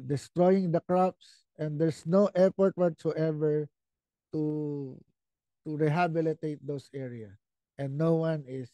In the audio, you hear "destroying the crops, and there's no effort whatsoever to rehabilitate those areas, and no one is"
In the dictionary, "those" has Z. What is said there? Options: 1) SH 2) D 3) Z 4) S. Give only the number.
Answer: 4